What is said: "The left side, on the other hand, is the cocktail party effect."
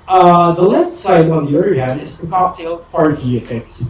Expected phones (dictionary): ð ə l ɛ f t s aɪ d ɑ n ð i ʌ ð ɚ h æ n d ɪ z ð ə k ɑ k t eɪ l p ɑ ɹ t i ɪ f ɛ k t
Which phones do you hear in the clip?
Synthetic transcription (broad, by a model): ð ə l ɛ f t s aɪ d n ð i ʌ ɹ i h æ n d ɪ z ð ə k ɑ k t eɪ l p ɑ ɹ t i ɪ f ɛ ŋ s